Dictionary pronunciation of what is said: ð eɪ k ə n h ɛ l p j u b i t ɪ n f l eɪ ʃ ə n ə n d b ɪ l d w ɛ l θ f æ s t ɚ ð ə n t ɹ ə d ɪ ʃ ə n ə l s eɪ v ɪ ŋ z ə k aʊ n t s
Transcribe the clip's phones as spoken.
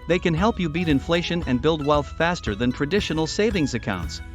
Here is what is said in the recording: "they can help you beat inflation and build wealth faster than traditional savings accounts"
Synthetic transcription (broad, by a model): ð eɪ k ə n h ɛ l p j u b i t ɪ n f l eɪ ʃ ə n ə n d b ɪ l d w ɛ l θ f æ s t ɚ ð ə n t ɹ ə d ɪ ʃ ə n l s eɪ v ɪ ŋ z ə k aʊ n t s